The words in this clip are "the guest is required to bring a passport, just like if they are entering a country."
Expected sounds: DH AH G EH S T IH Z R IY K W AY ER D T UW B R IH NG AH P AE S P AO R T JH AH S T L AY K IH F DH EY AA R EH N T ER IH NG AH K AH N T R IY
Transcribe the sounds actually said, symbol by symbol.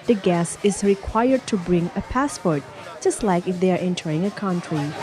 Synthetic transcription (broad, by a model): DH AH G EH S IH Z R IY K W AY ER D T UW B R IH NG AH P AE S P AO R T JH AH S T L AY K IH F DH EY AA R EH N T ER IH NG AH K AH N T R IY